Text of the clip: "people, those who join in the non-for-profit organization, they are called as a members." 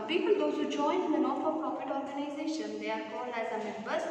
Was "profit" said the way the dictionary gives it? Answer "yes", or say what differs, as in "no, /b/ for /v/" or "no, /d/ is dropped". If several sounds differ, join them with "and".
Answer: no, /ɹ/ is dropped